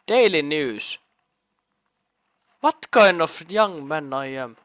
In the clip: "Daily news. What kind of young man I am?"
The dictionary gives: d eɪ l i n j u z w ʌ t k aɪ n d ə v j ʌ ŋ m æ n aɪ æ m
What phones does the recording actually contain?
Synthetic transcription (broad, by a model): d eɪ l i n j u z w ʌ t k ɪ n ə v j ʌ ŋ m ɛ n aɪ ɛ m